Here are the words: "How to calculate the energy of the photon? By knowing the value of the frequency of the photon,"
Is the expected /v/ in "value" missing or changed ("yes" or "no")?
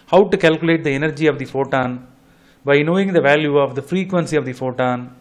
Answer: no